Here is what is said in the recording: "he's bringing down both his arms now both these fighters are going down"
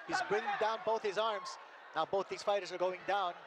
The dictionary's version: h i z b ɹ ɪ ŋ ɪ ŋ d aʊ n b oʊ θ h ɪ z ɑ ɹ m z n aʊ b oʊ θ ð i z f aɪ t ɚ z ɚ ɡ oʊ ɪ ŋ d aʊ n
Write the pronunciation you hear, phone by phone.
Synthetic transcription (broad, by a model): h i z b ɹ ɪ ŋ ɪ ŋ d aʊ n b oʊ θ h ɪ z ɑ ɹ m z n aʊ b oʊ θ ð i z f aɪ t ɚ z ɚ ɡ oʊ ɪ ŋ d aʊ n